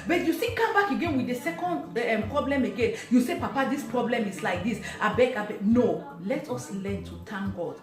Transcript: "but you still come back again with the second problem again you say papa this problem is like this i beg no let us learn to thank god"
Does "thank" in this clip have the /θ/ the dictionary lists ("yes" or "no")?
no